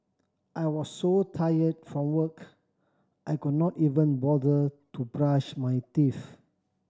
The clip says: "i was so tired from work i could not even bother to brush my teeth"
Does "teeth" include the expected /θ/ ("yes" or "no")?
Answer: no